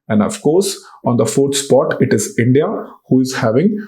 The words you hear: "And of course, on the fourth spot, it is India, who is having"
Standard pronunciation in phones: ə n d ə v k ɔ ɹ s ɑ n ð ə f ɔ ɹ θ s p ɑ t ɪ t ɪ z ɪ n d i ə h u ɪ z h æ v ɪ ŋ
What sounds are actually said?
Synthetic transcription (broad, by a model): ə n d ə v k ɔ ɹ s ɑ n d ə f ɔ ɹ t s p ɑ t ɪ t ɪ z ɪ n d i ə h u ɪ z h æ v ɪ ŋ